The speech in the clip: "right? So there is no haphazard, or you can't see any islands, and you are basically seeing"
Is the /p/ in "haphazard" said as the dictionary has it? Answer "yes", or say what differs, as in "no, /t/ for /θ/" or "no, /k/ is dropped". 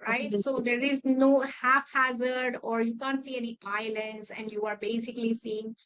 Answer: no, /f/ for /p/